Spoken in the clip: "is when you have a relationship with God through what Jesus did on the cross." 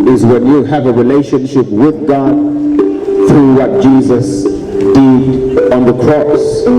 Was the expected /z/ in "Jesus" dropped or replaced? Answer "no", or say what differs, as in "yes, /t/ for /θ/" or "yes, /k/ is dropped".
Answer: no